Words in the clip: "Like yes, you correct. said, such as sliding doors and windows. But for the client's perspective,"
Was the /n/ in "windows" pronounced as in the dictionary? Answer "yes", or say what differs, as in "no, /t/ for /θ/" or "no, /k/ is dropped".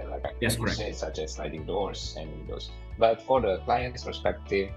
no, /n/ is dropped